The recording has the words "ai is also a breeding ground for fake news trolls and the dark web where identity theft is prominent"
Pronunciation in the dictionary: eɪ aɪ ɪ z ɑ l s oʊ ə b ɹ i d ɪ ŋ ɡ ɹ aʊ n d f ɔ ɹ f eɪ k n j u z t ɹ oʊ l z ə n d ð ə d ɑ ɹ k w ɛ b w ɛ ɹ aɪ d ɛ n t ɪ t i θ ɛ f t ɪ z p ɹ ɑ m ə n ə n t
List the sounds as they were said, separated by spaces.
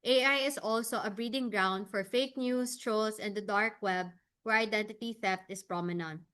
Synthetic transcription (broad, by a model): eɪ aɪ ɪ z ɑ l s oʊ ə b ɹ i d ɪ ŋ ɡ ɹ aʊ n d f ɔ ɹ f eɪ k n j u s t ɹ oʊ l s ə n d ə d ɑ ɹ k w ɛ b w ɛ ɹ aɪ d ɛ n t ɪ t i θ ɛ f t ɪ s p ɹ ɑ m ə n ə n t